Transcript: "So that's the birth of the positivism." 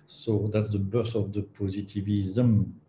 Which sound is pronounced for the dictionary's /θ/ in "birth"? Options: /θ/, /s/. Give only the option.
/s/